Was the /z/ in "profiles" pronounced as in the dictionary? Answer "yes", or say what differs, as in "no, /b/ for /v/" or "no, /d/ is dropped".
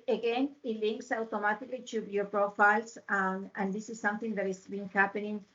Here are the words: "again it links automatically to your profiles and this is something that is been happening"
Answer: no, /s/ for /z/